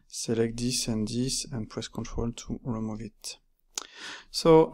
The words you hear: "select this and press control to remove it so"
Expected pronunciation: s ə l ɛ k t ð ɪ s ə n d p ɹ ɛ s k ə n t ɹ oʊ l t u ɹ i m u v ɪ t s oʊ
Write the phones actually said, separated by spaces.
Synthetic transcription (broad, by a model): s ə l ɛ k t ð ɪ s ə n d p ɹ ɛ s k ə n t ɹ oʊ l t u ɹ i m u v ɪ t s oʊ